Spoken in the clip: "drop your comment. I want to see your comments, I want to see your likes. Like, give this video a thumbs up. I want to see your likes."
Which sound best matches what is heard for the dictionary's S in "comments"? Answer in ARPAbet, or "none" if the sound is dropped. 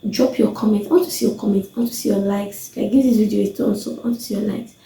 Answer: none